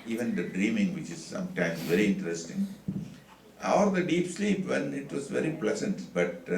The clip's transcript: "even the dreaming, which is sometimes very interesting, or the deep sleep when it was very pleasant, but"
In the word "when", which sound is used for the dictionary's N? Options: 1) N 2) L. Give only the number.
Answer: 2